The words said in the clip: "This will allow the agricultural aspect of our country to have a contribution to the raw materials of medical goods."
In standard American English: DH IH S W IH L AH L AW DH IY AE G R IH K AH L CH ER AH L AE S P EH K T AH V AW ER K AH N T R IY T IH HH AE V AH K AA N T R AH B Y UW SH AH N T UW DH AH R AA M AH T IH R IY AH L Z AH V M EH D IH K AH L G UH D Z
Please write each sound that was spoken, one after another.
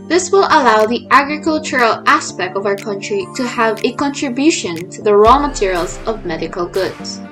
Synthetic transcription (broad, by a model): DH IH S W IH L AH L AW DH IY AE G R IH K AH L CH ER AH L AE S P EH K T AH V AW ER K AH N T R IY T IH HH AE V AH K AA N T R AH B Y UW SH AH N T UW DH AH R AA M AH T IH R IY AH L Z AH V M EH D IH K AH L G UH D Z